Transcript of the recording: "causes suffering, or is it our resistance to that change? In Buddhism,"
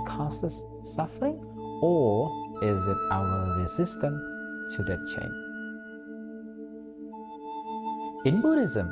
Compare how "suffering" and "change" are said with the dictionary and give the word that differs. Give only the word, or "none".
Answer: change